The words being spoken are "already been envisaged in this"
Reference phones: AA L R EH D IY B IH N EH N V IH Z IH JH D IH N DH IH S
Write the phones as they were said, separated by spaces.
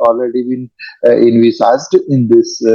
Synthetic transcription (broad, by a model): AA L R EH D IY B IH N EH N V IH S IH Z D IH N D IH S